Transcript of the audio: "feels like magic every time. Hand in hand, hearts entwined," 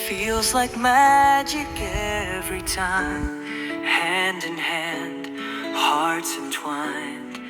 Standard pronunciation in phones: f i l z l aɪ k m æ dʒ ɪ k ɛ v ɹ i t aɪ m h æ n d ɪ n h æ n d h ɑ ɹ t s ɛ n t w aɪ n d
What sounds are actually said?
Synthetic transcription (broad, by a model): f i l z l aɪ k m æ dʒ ɪ k ɛ v ɹ i t aɪ m h æ n d ɪ n h æ n d h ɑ ɹ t ɛ n t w aɪ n